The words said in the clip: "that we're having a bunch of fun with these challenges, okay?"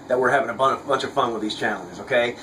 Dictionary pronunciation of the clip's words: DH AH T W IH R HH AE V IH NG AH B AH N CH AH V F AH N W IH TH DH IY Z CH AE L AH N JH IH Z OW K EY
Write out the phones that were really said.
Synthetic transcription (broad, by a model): DH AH T W IH R HH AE V IH NG AH B AH N CH AH V F AH N W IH DH IY Z CH AE L AH N JH IH Z OW K EY